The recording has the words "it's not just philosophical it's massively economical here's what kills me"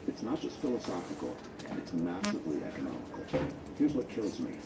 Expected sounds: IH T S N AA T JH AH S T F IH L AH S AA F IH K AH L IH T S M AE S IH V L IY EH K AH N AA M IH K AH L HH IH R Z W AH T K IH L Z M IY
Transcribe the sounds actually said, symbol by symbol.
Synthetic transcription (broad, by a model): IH T S N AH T JH AH S T F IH L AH S AA F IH K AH N IH T S M AE S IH V L IY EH K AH N AA M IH K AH L HH IH R Z W AH T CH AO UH Z M IY